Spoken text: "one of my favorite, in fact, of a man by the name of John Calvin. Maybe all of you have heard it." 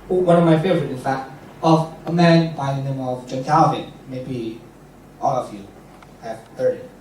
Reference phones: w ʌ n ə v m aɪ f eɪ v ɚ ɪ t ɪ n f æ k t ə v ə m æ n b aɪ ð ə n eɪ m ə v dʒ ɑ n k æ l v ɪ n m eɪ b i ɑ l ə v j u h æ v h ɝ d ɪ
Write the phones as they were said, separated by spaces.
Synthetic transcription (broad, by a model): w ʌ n ə v m aɪ f eɪ v ɚ ɪ t ɪ n f æ k t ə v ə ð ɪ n b aɪ ð ə n eɪ m ə v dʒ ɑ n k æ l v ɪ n m eɪ b i ɑ l ə v j u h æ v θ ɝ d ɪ